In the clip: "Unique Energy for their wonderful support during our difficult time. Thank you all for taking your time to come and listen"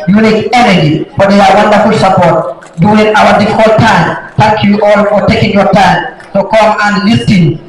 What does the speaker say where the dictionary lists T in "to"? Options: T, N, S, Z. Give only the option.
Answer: S